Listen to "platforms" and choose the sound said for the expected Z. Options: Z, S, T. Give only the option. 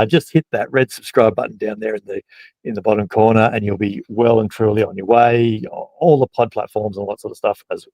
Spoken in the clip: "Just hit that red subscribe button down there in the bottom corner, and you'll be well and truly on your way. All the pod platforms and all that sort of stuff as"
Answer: Z